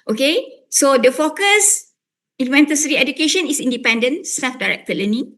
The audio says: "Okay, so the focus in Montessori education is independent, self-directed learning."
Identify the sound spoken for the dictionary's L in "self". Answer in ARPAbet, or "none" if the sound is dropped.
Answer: none